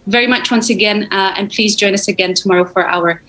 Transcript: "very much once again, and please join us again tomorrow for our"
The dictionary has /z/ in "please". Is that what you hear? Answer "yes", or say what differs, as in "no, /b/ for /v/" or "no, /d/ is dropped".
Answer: yes